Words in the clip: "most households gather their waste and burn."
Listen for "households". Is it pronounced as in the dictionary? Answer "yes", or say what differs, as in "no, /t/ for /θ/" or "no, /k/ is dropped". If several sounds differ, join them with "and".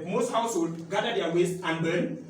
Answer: no, /z/ is dropped